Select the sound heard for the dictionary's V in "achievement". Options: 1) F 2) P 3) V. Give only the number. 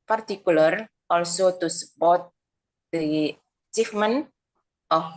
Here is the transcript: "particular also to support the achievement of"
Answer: 1